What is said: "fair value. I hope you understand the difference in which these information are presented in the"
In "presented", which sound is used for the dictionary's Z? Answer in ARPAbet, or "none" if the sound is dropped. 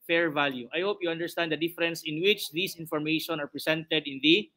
S